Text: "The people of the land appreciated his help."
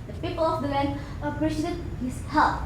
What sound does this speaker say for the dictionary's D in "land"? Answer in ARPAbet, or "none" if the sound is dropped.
none